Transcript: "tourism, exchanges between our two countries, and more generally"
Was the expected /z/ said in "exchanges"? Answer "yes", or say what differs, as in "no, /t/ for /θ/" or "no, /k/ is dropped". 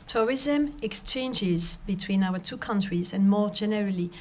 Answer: yes